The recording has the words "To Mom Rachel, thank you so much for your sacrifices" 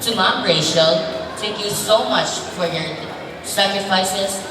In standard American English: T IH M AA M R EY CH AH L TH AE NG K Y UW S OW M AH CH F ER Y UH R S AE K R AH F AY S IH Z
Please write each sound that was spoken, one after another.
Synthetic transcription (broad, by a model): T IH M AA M R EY SH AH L T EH K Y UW S OW M AH CH F ER Y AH R S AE K R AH F AY S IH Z